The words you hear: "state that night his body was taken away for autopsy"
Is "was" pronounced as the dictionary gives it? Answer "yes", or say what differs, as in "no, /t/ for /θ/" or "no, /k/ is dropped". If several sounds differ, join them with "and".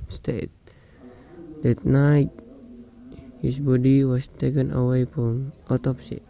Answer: no, /s/ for /z/